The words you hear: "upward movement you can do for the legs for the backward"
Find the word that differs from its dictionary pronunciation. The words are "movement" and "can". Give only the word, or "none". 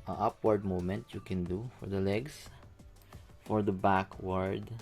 movement